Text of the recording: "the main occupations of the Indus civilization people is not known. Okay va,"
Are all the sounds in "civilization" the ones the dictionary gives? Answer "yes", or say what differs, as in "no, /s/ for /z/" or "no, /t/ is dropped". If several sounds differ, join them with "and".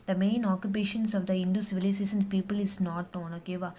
no, /s/ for /z/ and /s/ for /ʃ/